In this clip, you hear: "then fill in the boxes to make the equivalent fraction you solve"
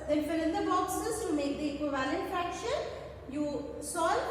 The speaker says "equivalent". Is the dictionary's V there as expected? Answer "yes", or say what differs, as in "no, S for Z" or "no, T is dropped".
yes